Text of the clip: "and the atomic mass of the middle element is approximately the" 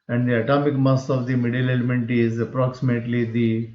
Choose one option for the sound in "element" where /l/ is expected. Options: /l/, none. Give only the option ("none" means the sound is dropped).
/l/